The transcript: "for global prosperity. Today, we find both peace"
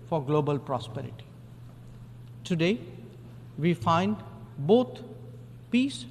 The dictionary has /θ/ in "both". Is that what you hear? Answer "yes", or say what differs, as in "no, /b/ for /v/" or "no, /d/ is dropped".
no, /t/ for /θ/